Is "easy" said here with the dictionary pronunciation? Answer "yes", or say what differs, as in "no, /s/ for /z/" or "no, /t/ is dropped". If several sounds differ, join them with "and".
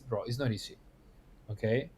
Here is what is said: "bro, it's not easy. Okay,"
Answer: no, /s/ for /z/